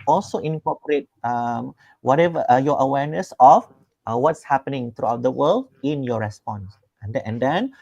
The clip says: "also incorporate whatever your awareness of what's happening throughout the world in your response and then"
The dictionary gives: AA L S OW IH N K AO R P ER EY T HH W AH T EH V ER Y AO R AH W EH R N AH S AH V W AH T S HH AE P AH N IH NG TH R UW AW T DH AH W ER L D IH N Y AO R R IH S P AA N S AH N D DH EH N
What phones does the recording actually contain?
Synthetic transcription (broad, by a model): AA L S OW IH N K AO P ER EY T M W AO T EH V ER Y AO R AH W EH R N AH S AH F W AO T S HH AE P AH N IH NG T R UW AW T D AH W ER L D IH N Y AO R R IH S P AA N S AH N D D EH N